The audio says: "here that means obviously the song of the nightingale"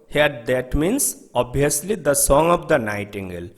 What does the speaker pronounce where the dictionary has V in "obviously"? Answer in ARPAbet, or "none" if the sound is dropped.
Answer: none